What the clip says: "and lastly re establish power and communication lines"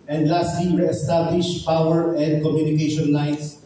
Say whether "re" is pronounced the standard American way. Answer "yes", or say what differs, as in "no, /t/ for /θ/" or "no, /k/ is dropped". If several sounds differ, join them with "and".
no, /w/ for /ɹ/